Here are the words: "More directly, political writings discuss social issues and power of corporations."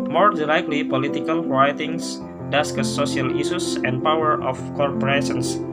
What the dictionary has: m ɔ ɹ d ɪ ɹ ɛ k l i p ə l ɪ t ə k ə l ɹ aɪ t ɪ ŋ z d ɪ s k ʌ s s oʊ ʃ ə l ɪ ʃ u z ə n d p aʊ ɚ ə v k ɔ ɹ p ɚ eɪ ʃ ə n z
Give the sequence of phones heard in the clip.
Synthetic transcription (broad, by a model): m ɔ ɹ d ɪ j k l i p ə l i t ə k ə l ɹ aɪ t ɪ ŋ s d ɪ s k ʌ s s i ə l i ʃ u s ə n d p aʊ ɚ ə f k ɔ ɹ p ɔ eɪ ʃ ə n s